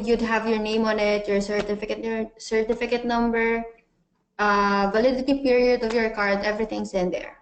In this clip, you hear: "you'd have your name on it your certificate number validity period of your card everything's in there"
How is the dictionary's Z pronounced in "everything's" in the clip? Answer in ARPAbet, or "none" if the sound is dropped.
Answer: S